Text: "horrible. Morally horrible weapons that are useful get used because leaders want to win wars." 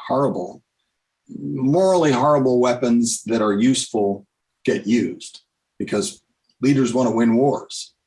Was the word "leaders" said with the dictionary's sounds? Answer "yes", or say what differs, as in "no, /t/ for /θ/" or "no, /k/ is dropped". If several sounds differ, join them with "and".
yes